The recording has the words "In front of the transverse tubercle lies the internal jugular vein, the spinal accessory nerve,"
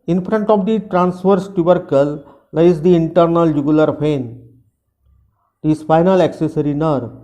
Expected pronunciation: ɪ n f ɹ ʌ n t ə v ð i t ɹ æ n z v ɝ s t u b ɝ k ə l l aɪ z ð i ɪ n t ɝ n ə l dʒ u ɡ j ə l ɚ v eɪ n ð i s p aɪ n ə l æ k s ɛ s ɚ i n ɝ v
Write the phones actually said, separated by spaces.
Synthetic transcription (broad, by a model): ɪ n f ɹ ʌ n t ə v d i t ɹ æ n s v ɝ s t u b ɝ k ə l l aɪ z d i ɪ n t ɝ n ə l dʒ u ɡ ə l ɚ p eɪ n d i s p aɪ n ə l æ k s ɛ s ɚ i n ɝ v